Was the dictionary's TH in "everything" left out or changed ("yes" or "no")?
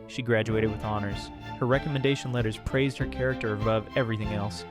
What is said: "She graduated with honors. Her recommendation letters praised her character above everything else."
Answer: no